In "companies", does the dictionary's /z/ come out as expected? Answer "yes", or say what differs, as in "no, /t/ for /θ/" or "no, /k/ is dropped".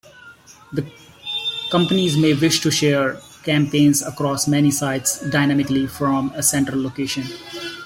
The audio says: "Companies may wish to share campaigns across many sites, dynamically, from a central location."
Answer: yes